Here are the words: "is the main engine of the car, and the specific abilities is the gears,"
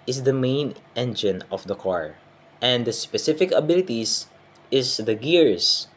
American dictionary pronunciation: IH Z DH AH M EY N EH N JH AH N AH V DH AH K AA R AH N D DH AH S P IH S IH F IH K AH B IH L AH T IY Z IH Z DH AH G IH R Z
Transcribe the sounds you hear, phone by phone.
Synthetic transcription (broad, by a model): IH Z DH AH M EY N EH N JH AH N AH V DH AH K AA R AH N D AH S P IH S IH F IH K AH B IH L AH T IY S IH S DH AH G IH R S